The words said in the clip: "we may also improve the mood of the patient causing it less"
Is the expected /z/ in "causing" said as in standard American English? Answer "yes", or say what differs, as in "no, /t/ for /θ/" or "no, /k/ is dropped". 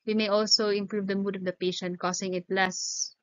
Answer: no, /s/ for /z/